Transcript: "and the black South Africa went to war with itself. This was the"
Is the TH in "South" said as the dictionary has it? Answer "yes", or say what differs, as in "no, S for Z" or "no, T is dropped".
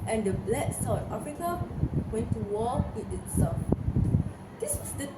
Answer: no, T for TH